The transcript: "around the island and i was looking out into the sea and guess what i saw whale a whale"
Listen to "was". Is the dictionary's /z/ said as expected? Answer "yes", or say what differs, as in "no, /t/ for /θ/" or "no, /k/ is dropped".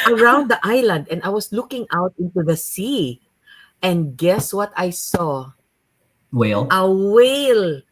no, /s/ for /z/